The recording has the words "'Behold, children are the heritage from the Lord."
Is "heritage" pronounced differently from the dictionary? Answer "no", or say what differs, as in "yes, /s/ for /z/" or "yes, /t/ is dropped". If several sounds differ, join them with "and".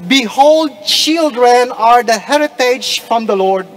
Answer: no